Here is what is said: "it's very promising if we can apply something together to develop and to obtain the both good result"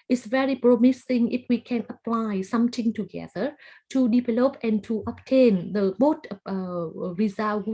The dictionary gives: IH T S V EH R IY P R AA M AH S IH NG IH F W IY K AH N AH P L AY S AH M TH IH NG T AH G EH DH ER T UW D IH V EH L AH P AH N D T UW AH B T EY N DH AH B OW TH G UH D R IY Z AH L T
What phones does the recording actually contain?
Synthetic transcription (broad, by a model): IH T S V EH R IY P R AA M AH S IH NG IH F W IY K AH N AH P L AY S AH M T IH NG T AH G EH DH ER T UW D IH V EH L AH P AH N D T UW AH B T EY N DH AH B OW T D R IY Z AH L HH